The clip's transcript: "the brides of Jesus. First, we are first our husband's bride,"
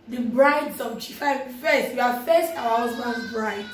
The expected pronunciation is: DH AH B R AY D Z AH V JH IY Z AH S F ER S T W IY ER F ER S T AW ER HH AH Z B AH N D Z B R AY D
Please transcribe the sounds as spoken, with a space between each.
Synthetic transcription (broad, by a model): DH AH B R AY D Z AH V CH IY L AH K F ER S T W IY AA F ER S T AW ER HH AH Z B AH N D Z B R AY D